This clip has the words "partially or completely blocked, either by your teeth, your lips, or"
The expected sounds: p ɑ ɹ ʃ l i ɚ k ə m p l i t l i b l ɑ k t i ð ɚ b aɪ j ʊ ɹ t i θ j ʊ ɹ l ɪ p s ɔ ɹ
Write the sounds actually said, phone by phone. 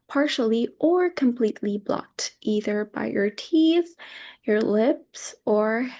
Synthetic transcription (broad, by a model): p ɑ ɹ ʃ l i ɚ k ə m p l i t l i b l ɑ k t i ð ɚ b aɪ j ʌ ɹ t i θ j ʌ ɹ l ɪ p s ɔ ɹ